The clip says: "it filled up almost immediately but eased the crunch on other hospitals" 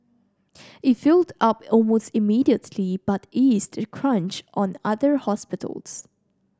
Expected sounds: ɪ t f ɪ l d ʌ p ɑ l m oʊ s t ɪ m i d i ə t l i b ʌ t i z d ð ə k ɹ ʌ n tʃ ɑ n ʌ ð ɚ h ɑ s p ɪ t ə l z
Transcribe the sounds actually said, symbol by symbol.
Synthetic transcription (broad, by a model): ɪ t f ɪ l d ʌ p ɑ l m oʊ s t ɪ m i d i ə t l i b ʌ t i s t k ɹ ʌ n tʃ ɑ n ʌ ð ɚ h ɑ s p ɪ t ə l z